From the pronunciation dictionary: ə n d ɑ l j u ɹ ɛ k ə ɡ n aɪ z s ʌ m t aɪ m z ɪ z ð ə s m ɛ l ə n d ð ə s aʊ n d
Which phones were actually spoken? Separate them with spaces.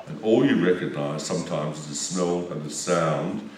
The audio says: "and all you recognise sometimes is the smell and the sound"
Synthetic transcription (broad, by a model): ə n ɑ l j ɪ ɹ ɛ k ə ɡ n aɪ z s ʌ m t aɪ m z ɪ z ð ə s m ɛ l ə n ð ə s aʊ n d